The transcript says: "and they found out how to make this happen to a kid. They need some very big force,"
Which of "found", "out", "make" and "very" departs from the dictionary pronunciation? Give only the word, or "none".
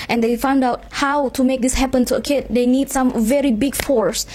none